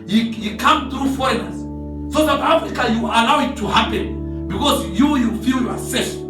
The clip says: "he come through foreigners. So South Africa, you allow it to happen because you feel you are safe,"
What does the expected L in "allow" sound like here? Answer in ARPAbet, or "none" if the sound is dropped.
L